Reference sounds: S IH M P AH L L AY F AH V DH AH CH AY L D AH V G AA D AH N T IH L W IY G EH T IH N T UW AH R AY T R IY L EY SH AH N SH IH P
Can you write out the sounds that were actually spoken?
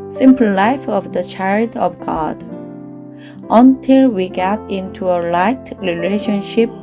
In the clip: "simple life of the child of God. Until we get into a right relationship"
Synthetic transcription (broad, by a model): S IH M P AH L L AY F AH V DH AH CH AY L D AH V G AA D AH N T IH L W IY G EH T IH N T UW AH L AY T R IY L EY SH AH N SH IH P